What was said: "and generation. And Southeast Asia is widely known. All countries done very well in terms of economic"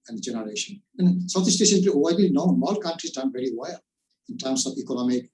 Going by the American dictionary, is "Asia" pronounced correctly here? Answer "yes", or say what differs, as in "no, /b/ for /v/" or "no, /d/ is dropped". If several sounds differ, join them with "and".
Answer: no, /s/ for /ʒ/